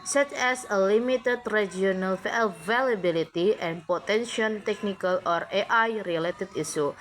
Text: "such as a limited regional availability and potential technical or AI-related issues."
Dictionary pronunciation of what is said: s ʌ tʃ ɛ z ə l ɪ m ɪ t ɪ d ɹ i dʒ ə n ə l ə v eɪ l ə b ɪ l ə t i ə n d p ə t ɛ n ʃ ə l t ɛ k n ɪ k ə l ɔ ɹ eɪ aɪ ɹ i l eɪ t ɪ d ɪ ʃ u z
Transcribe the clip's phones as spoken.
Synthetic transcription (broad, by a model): s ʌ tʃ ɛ s ə l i m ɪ t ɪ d ɹ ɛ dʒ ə n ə l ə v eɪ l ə b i l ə t i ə n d p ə t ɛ n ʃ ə n t ɛ k n ɪ k ə l ɔ ɹ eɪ aɪ ɹ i l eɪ t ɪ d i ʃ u